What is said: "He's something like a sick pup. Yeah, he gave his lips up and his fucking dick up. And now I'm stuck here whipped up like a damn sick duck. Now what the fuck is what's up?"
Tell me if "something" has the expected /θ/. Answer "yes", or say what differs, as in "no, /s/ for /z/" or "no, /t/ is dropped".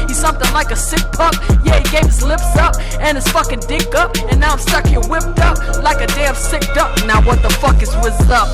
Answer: yes